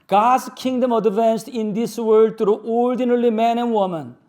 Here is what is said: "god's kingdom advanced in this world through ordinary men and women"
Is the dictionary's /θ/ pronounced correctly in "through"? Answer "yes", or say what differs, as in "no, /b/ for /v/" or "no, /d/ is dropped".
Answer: no, /t/ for /θ/